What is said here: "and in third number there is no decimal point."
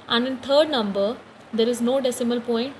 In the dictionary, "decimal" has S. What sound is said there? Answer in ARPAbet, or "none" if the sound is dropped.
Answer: S